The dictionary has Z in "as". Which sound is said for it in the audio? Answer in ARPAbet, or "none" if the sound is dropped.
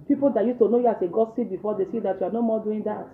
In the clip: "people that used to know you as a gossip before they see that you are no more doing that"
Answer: S